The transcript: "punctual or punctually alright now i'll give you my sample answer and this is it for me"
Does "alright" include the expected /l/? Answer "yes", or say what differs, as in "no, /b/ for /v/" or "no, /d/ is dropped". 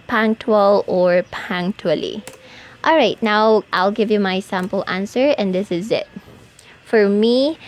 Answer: yes